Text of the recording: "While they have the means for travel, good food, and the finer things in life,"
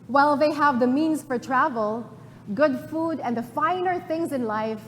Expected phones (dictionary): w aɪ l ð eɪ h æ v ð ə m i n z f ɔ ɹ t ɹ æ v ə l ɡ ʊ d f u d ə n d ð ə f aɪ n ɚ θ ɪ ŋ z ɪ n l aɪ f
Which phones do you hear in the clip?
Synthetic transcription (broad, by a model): w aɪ l ð eɪ h æ v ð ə m i n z f ɔ ɹ t ɹ æ v ə l ɡ ʊ d f u d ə n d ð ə f aɪ n ɚ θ ɪ ŋ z ɪ n l aɪ f